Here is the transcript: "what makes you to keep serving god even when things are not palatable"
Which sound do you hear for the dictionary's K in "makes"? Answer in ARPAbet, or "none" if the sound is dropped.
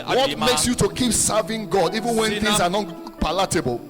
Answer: K